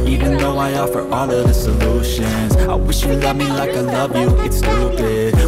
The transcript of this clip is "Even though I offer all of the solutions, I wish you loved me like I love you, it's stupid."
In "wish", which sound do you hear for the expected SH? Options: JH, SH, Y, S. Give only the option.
SH